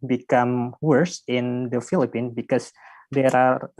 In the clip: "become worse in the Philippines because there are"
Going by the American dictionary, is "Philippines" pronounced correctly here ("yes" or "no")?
no